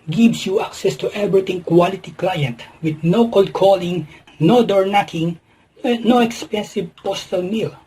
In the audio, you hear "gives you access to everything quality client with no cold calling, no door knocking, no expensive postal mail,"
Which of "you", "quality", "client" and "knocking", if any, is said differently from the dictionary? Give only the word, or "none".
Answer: none